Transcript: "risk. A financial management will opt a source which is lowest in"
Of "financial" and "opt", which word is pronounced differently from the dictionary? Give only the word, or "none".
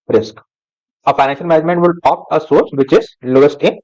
opt